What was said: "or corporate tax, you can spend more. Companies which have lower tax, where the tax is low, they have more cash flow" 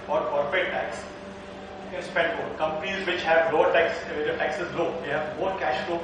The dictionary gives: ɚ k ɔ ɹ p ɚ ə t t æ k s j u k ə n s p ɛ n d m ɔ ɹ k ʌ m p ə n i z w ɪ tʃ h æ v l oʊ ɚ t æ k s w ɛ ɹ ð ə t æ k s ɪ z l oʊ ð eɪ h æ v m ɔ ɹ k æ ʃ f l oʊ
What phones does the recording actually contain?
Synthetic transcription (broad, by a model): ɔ ɹ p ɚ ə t t æ k s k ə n s p ɛ n d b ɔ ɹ k ʌ m p ə n i z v ɪ tʃ h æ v l oʊ ɚ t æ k s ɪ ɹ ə t æ k s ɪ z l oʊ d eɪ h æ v m ɔ ɹ k æ ʃ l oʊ